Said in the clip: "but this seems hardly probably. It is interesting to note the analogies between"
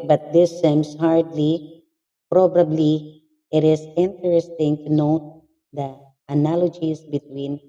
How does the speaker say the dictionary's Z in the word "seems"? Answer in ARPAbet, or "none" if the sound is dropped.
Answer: S